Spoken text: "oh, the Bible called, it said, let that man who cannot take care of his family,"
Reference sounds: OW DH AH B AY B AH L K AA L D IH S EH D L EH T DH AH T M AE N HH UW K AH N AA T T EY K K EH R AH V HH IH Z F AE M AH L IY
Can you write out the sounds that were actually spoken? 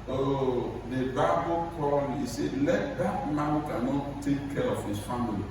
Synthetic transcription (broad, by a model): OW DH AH B AY B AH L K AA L IH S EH L EH T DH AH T M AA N K AH N AA T T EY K K EH R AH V HH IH S F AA M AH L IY